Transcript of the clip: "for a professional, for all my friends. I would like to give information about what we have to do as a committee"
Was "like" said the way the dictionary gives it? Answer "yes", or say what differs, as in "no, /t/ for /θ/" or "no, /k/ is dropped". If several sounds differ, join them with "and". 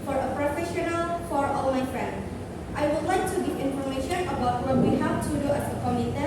yes